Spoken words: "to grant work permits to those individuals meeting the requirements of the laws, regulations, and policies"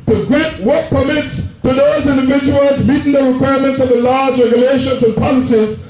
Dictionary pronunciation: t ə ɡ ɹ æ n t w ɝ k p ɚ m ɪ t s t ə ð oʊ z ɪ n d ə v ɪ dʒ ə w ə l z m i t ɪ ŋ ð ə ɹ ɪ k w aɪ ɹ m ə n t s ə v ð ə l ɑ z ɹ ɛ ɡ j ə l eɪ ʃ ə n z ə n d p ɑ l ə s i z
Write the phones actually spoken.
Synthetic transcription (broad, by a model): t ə ɡ ɹ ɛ t w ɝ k p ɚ m ɪ t s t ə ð oʊ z ɪ n d ə v ɪ dʒ ə w ə l z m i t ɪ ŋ ð ə ɹ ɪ k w aɪ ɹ m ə n t s ə v ð ə l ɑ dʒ ɹ ɛ ɡ j ə l eɪ ʃ ə n z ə n p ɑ l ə s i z